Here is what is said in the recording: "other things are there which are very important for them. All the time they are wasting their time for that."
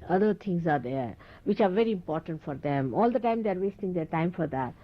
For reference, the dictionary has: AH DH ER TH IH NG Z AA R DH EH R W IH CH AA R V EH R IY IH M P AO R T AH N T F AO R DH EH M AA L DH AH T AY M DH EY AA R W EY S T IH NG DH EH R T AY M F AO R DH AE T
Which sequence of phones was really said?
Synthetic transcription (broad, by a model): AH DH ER T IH NG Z AA R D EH R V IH CH AA R V EH R IY IH M P AO R T AH N T F AO R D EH M AA L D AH T AY M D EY AA R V EY S T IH NG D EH R T AY M F AO R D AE T